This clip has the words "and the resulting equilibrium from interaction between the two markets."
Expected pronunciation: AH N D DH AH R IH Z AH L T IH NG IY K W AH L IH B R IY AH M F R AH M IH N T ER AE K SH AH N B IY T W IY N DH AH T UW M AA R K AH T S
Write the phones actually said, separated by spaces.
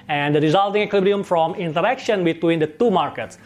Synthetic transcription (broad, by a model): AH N D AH R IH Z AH L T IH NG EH K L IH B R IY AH M F R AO M IH N T ER AE K SH AH N B IY T W IY N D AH T UW M AA R K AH T S